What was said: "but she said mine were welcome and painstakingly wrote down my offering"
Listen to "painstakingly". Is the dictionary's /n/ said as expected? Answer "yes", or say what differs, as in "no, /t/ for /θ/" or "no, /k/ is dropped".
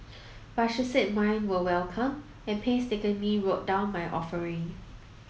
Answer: no, /n/ is dropped